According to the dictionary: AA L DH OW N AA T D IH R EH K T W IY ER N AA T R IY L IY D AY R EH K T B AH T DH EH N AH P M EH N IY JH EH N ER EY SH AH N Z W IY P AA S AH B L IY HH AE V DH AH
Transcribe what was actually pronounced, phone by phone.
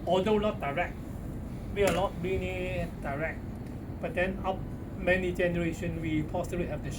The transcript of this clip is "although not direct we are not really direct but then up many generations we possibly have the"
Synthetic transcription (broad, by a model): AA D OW L AA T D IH R EH K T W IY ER L AA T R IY N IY D AY R EH K T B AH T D EH N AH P M EH N IY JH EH N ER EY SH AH N W IY P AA S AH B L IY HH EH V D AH